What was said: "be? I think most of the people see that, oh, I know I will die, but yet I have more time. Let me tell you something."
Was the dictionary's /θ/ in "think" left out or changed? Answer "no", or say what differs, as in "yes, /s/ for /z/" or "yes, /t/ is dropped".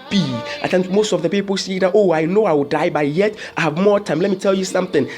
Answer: yes, /t/ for /θ/